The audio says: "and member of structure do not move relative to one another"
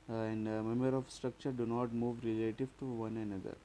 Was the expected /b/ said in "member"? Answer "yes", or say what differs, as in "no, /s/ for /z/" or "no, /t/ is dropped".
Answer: no, /b/ is dropped